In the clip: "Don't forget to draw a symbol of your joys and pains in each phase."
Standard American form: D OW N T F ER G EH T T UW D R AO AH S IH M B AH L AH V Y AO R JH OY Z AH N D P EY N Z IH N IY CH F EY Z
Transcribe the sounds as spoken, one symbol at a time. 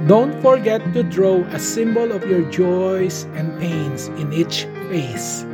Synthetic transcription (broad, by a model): D OW N T F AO G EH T T UW D R AO AH S IH M B AH L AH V Y AO R JH OY S AH N D P EY N S IH N IY CH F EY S